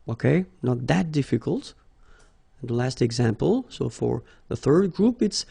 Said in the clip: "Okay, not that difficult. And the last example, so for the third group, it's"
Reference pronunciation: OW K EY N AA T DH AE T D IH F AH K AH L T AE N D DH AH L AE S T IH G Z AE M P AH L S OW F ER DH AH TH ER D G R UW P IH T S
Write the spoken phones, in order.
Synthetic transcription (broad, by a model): OW K EY N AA T DH AE T D IH F AH K AH L T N DH AH L AE S T IH G Z AE M P AH L S OW F ER DH AH TH ER D G R UW P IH T S